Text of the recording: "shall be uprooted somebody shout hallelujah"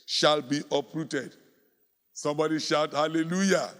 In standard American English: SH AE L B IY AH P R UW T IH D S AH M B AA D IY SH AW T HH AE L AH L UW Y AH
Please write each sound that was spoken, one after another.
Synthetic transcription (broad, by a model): SH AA L B IY AH P R UW T IH D S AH M B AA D IY SH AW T HH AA L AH L UW Y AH